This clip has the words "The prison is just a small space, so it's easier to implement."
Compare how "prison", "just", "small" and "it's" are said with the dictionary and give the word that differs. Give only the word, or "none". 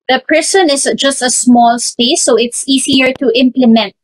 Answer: prison